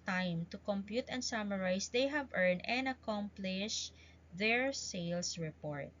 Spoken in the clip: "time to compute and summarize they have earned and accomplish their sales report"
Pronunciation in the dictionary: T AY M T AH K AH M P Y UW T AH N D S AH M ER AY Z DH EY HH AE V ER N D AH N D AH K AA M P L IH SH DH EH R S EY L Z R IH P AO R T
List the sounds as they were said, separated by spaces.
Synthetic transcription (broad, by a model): T AY M T AH K AH M P Y UW T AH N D S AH M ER AY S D EY HH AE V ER N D AH N D AH K AA M P L IH SH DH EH R S EY L S R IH P AO R T